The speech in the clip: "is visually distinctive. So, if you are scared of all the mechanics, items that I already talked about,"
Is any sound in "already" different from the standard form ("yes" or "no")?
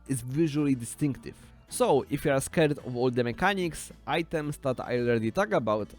yes